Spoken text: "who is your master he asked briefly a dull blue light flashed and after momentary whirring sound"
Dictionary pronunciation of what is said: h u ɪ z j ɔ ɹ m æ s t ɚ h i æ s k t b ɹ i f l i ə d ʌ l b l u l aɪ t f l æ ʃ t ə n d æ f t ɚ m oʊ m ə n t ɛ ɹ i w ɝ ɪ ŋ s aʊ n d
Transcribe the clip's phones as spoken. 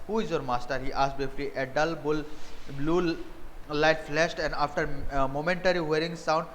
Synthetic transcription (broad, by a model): h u ɪ z j ɔ ɹ m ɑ s t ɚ h i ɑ s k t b i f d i ə d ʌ l b l u l aɪ t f l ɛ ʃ t ə n d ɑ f t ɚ m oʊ m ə n t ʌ ɹ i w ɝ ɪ ŋ s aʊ n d